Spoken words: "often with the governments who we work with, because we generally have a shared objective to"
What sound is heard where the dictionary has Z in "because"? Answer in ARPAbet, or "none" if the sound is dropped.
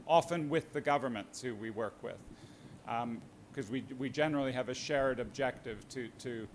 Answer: none